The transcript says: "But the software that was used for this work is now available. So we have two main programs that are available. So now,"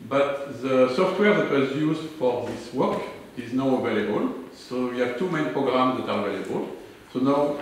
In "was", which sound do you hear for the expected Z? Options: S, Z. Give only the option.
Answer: Z